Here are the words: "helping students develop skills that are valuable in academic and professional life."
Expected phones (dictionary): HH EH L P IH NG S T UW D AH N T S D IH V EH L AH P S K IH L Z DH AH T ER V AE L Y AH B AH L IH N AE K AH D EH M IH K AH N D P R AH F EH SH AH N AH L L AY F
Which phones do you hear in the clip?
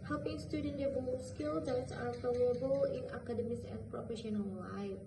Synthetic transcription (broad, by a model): HH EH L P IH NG S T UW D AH N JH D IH B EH AH S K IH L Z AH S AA F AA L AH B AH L IH N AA K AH D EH M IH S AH N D P R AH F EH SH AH N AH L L AY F